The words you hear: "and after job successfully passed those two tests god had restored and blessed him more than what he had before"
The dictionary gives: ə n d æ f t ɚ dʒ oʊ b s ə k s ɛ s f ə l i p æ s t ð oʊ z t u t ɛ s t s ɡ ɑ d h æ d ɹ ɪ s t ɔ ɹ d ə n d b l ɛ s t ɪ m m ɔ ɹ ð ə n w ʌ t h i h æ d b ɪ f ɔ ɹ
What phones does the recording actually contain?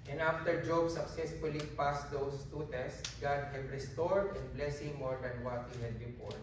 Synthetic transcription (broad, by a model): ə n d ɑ f t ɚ dʒ oʊ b s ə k s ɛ s f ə l i p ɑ s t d oʊ s t u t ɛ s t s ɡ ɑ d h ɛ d ɹ ɪ s t ɔ ɹ d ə n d b l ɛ s ɪ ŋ m ɔ ɹ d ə n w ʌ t h i h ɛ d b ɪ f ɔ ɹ